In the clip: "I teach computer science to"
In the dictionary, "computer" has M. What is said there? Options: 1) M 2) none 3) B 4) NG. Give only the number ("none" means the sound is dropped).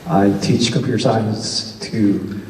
2